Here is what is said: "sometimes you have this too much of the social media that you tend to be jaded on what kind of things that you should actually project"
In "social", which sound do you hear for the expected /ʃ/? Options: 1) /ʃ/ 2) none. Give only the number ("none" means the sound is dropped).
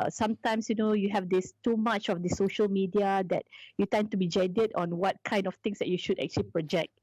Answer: 1